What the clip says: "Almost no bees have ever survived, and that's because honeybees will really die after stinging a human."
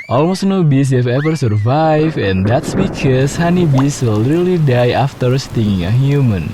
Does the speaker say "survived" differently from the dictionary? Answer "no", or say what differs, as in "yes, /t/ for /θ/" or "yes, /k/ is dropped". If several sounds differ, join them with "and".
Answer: yes, /d/ is dropped